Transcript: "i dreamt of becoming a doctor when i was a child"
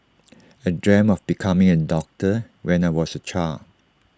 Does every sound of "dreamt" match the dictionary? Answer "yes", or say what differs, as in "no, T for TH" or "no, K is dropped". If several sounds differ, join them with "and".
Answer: no, T is dropped